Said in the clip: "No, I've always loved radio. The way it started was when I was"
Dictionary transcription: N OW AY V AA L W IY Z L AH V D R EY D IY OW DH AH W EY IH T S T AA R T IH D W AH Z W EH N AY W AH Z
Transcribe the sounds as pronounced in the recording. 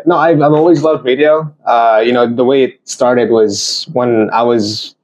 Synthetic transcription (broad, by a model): N OW AY V AA L W IY Z L AH V D R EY D IY OW DH AH W EY IH T S T AA R T IH D W AH Z W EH N AY W AH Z